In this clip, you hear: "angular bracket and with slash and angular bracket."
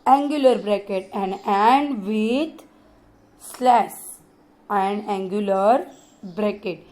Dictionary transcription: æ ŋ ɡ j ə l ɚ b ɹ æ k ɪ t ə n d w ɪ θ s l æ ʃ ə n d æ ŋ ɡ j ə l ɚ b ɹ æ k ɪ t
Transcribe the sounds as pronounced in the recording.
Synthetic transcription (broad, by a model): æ ŋ ɡ j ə l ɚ b ɹ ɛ k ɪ t ə n d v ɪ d s l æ s ə n d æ ŋ ɡ j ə l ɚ b ɹ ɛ k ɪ t